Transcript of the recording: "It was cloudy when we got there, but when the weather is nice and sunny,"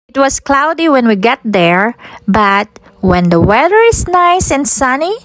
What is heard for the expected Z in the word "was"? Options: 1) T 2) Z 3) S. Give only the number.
3